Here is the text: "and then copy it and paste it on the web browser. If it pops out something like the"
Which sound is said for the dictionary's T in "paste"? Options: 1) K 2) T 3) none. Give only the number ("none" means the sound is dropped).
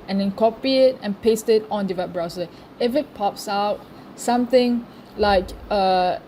2